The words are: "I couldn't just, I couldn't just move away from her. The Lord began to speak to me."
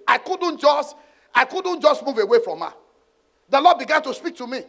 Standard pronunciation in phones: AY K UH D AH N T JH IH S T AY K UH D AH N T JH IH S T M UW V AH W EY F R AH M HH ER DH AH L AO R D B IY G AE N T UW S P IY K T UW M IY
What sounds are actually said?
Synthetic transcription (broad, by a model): AY K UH D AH N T JH IH S T AY K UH D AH N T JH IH S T M UW V AH W EY F R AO M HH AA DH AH L AO D B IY G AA N T UW S P IY K T UW M IY